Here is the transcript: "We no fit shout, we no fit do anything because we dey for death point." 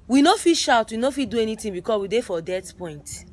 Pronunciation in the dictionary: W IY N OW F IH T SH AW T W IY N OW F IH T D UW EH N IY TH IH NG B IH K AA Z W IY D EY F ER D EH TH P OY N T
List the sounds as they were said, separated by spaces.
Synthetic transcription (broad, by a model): W IY N OW F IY SH AW T W IY N OW F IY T D UW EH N IY T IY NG B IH K AA S W IY D EY F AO D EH T P OY N T